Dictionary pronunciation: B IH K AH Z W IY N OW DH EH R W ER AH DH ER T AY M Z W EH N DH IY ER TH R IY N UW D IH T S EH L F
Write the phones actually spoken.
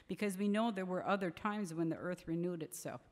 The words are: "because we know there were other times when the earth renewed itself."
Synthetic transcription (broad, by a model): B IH K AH Z W IY N OW DH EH R W ER AH DH ER T AY M Z W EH N DH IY ER TH R IY N UW D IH T S EH L F